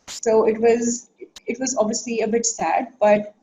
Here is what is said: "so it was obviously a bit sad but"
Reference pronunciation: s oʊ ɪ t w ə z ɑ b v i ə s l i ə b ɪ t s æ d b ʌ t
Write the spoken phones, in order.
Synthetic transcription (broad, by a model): s oʊ ɪ t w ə z ɑ b v i ə s l i ə b ɪ t s æ d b ʌ t